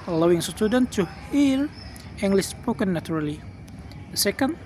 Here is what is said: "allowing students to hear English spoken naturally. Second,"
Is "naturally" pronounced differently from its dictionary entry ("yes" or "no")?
yes